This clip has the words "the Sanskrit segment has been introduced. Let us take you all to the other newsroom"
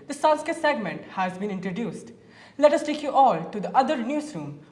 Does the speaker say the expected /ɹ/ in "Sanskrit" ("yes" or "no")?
no